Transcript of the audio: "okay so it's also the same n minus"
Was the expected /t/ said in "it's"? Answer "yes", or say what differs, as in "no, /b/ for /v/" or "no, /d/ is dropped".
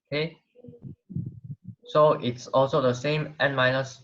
yes